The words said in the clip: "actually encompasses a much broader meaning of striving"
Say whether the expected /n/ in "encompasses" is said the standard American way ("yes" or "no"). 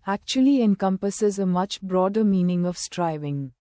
yes